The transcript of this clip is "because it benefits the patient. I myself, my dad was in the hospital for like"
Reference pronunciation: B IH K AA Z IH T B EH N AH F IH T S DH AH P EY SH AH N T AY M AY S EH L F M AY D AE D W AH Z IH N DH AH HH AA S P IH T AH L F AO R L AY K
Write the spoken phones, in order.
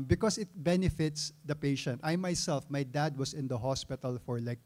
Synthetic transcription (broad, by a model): B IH K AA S IH T B EH N AH F IH T S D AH P EY SH AH N T AY M AY S EH L F M AY D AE D W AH S IH N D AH HH AA S P IH T AH L F AO R L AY K